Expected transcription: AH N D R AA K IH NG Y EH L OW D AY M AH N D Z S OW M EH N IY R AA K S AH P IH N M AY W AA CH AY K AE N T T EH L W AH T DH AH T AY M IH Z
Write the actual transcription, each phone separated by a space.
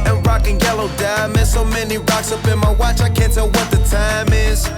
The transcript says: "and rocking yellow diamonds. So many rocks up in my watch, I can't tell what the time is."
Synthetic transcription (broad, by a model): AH N R AA K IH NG Y EH L OW D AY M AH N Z S OW M EH N IY R AA K S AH B IH N M AY W AA CH AY K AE N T T EH L W AH T DH AH T AY M IH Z